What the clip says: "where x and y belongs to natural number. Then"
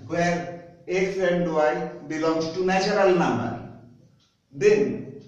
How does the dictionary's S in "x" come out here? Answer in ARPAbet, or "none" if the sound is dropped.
none